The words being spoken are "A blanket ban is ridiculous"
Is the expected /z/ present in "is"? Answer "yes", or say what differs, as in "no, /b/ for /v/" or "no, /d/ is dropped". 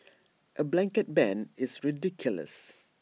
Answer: no, /s/ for /z/